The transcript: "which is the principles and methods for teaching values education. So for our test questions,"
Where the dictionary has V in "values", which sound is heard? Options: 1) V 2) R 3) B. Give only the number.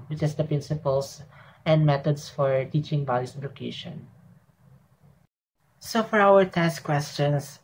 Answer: 3